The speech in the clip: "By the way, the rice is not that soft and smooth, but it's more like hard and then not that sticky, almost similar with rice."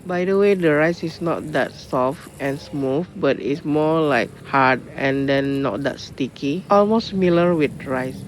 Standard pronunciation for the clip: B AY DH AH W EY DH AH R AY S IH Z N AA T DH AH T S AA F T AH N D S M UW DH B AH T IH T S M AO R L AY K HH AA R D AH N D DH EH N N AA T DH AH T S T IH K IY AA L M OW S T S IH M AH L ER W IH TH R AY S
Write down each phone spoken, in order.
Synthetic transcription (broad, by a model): B AY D AH W EY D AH R AY S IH S N AA T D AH T S AA F T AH N S M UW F B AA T IH T S M AO L AY K HH AA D AH N D EH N N AA T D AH T S T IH K IY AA L M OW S S M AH L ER W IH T R AY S